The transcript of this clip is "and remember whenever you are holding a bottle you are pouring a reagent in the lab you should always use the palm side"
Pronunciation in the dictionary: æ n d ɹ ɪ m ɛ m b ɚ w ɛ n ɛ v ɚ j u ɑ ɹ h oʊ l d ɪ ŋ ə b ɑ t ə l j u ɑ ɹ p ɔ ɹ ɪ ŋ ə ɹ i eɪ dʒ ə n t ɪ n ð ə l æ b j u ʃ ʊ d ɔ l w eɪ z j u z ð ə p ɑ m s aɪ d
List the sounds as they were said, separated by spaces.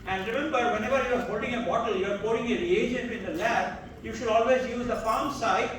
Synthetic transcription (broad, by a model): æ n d ɹ ɪ m ɛ m b ɚ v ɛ n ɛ v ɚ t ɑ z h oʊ l d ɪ ŋ ə b ɑ t ə l j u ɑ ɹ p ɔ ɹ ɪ ŋ ə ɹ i eɪ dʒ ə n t ɪ n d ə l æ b j u ʃ ʊ d ɔ l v eɪ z j u z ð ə f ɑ m s aɪ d